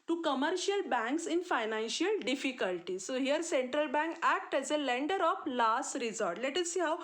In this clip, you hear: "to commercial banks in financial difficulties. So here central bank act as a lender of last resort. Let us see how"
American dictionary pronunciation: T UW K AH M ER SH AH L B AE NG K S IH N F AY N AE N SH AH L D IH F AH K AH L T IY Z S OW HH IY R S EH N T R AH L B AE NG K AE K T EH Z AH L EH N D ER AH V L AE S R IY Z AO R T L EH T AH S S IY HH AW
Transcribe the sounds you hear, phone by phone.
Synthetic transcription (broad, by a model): T UW K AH M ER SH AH L B AE NG K S IH N F AY N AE N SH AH L D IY F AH K AH L T IY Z S OW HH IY R S EH N T R AH L B AE NG K AE K T EH Z AH L EH N D ER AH F L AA S R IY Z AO R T L EH T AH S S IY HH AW